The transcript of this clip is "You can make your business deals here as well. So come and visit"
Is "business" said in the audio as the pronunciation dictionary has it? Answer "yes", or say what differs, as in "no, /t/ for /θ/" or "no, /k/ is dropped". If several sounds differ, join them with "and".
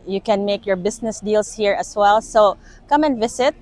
no, /s/ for /z/